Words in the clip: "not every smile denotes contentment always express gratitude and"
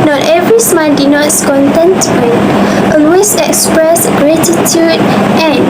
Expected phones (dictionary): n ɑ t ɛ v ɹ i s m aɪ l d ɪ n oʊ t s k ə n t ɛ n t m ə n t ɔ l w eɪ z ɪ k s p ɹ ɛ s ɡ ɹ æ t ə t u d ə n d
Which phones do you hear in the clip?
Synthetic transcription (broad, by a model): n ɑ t ɛ v ɹ i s m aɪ n d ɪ n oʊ t s k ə n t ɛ n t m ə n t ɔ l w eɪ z ɪ k s p ɹ ɛ s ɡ ɹ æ t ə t u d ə n